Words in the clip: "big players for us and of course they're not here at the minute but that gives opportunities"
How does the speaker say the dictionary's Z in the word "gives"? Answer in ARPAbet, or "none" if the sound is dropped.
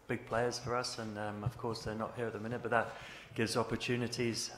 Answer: Z